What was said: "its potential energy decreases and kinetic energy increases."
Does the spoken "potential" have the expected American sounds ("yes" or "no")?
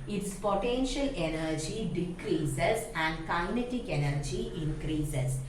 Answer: yes